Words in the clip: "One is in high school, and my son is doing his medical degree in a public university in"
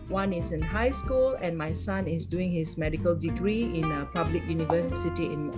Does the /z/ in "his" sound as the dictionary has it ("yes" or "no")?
no